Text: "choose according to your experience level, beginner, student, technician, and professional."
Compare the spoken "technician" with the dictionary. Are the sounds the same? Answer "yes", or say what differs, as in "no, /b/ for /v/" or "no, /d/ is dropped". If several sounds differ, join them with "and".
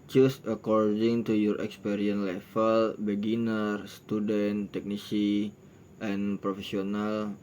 no, /s/ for /ʃ/